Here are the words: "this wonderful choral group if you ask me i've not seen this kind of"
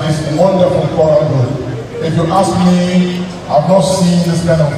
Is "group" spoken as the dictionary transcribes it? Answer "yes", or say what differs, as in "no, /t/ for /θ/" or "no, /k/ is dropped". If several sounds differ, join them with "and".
no, /p/ is dropped